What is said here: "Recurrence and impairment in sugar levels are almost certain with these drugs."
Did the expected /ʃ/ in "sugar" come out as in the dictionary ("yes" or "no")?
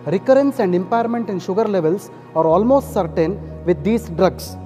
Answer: yes